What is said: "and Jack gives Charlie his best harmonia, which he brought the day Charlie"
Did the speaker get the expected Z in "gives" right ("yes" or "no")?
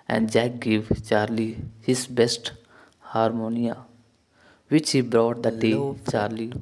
no